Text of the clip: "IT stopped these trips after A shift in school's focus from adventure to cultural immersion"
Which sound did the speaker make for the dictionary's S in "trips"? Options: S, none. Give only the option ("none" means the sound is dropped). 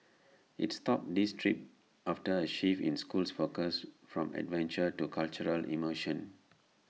none